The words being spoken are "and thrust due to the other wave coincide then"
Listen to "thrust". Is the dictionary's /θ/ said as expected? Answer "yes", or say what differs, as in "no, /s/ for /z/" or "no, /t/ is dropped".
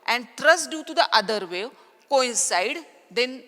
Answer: no, /t/ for /θ/